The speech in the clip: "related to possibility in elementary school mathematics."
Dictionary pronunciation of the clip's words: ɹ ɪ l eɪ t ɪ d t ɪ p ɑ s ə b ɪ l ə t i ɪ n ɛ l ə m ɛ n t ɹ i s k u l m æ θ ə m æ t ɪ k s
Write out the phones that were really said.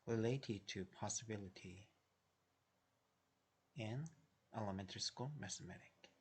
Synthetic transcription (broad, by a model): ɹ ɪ l eɪ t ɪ d t ɪ p ɑ s ə b ɪ l ə t i ɪ n ɛ l ə m ɛ n t ɹ i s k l m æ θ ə m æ t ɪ k